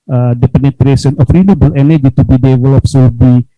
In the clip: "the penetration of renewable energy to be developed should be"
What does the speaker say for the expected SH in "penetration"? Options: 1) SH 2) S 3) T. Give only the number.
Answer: 2